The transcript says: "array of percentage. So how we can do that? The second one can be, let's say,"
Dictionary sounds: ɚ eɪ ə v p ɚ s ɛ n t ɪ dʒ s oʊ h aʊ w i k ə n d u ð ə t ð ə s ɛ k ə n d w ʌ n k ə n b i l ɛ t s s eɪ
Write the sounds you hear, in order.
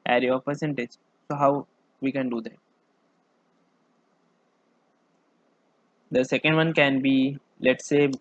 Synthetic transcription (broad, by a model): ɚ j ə p ɚ s ɛ n t ɪ dʒ s oʊ h aʊ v i k ə n d u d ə t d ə s ɛ k ə n d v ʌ n k ə n b i l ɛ t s s eɪ